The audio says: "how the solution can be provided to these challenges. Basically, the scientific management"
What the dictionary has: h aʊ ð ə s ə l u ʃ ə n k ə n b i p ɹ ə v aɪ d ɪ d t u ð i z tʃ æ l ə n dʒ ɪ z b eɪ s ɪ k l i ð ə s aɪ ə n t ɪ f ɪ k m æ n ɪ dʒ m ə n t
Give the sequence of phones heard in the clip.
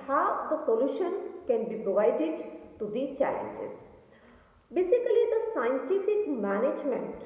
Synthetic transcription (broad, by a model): h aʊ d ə s ə l u ʃ ə n k ə n b i p ɹ ə v aɪ d ɪ d t u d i tʃ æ l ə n dʒ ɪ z b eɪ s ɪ k l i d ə s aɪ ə n t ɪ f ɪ k m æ n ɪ dʒ m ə n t